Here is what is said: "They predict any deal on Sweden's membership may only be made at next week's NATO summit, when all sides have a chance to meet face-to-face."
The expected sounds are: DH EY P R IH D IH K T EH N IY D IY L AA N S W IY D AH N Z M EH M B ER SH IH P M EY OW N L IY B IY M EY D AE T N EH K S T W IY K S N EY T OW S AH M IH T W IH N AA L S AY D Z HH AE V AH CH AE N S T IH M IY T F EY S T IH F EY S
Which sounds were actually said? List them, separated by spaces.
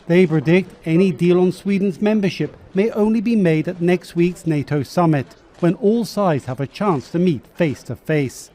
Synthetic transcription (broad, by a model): DH EY P R IH D IH K T EH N IY D IY L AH N S W IY D N Z M EH M B ER SH IH P M EY OW N L IY B IY M EY D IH T N EH K S T W IY K S N EY T OW S AH M IH T W IH N AA L S AY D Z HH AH V AH CH AE N S T IH M IY T F EY S T IH F EY S